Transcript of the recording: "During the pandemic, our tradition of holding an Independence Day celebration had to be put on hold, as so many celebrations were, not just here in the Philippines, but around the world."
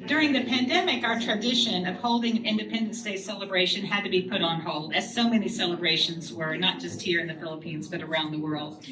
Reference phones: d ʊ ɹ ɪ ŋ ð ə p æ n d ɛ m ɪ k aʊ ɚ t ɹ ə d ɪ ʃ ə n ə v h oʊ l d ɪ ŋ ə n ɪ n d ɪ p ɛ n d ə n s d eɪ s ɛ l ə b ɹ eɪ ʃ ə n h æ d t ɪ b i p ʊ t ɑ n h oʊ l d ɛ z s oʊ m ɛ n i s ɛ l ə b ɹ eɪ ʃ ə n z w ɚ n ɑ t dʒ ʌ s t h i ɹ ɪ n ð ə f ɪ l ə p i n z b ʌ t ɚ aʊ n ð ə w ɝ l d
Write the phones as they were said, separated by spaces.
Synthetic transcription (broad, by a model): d ʊ ɹ ɪ ŋ ð ə p æ n d ɛ m ɪ k aʊ ɚ t ɹ ə d ɪ ʃ ə n ə v h oʊ l d ɪ ŋ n ɪ n d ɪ p ɛ n d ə n s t eɪ s ɛ l ə b ɹ eɪ ʃ ə n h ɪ d t ɪ b i p ʊ t n h oʊ l d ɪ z s oʊ m ɛ n i s ɛ l ə b ɹ eɪ ʃ ə n z w ɚ n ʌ t dʒ ʌ s t h i ɹ ɪ n ð ə f ɪ l ə p i n z b ʌ t ɚ aʊ n ð ə w ɝ l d